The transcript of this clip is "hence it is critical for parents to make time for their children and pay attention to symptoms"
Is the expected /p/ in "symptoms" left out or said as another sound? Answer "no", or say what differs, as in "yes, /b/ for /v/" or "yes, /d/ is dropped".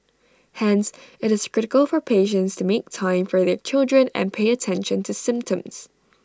no